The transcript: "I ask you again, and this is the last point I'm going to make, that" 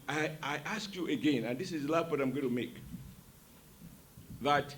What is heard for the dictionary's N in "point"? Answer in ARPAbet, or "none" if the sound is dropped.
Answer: none